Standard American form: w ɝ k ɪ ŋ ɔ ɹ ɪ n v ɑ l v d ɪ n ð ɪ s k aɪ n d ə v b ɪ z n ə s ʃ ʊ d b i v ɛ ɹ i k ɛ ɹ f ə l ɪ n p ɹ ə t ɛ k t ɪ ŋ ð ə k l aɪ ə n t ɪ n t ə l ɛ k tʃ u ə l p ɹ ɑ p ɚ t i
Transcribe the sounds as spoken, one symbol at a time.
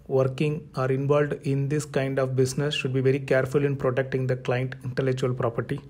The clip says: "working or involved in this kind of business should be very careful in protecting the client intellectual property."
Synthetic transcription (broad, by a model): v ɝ k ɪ ŋ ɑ ɹ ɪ n v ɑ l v d ɪ n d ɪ s k aɪ n d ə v b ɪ s n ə s ʃ ʊ d b i v ɛ ɹ i k ɛ ɹ f ə l ɪ n p ɹ ə t ɛ k t ɪ ŋ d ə k l aɪ ə n t ɪ n t ə l ɛ k tʃ u ə l p ɹ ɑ p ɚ t i